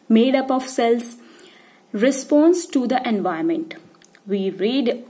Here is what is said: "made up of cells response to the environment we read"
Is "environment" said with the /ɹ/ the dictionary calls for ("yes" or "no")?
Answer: no